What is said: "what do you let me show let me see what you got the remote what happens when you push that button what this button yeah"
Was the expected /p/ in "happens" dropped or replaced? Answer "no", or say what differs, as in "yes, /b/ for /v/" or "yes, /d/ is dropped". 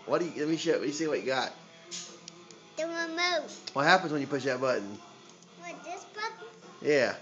no